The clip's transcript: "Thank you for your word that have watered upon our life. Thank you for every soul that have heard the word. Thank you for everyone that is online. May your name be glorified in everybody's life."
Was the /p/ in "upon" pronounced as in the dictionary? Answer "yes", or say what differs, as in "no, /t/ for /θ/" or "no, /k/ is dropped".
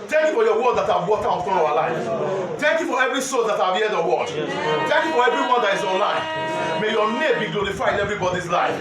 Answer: no, /f/ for /p/